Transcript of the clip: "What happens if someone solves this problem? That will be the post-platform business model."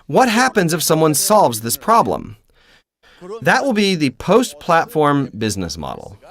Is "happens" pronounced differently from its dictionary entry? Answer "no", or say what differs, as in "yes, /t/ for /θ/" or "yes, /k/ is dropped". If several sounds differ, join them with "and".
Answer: no